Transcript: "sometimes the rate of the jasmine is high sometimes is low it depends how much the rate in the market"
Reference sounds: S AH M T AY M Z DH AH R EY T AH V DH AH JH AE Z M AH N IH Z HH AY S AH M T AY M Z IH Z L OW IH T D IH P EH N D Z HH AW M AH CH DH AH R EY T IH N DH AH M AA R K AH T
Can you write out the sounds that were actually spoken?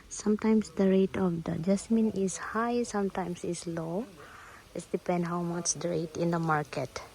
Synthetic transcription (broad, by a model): S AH M T AY M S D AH R EY T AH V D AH JH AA S M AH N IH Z HH AY S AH M T AY M S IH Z L OW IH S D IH P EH N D HH AW M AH CH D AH R EY T IH N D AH M AA R K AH T